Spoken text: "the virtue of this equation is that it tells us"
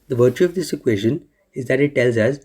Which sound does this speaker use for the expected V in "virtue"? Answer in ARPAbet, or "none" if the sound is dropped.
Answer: V